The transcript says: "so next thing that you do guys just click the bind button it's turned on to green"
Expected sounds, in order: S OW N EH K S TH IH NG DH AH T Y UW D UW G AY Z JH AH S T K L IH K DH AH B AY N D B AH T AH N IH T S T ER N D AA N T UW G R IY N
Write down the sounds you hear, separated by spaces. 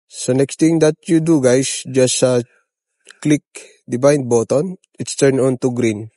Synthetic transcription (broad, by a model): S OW N EH K S T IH NG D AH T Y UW D UW G AY S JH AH S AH K L IH K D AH B AY N D B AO T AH N IH T S T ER N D AA N T UW G R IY N